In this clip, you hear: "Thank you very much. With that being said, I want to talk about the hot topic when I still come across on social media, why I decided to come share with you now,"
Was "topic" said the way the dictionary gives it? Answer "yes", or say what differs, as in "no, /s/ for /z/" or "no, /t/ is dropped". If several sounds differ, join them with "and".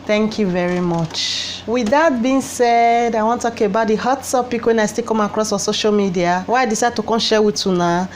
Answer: no, /s/ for /t/